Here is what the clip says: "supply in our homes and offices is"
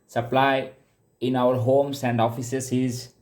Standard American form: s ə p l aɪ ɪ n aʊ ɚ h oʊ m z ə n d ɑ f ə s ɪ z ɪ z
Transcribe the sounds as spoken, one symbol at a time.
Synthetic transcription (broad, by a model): s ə p l aɪ ɪ n aʊ ɚ h oʊ m s ə n d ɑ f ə s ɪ s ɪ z